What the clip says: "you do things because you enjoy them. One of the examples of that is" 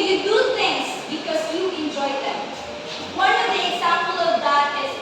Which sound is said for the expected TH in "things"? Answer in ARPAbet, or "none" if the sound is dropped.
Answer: T